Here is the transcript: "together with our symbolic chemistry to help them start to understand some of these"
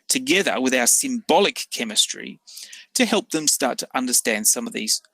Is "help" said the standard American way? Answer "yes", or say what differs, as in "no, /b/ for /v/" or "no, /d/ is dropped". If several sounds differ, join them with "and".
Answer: yes